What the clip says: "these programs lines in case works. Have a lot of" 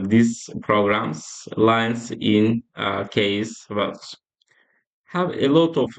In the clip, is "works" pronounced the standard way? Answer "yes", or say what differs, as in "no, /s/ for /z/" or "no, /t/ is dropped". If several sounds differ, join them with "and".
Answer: no, /k/ is dropped